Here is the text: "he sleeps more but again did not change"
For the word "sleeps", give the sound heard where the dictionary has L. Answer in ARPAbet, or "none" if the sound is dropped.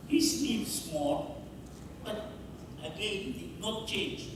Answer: N